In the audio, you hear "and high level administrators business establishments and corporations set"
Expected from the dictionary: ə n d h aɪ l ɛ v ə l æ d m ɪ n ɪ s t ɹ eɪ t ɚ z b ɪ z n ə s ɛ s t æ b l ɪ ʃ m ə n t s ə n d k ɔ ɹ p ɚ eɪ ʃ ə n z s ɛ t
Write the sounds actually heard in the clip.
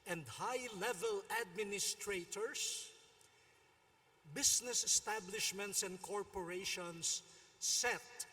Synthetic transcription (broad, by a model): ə n d h aɪ l ɛ v ə l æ d m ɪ n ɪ s t ɹ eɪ t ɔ s b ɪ s n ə s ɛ s t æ b l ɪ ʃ m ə n t s ə n d k ɔ ɹ p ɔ eɪ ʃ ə n s ɛ t